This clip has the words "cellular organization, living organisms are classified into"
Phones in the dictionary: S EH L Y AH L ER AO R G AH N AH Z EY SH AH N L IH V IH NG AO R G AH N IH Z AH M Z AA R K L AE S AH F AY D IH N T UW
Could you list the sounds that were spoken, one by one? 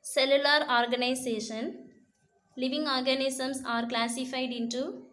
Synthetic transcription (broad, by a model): S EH L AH L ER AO R G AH N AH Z EY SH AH N L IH V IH NG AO R G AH N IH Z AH M S AA R K L AE S AH F AY D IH N T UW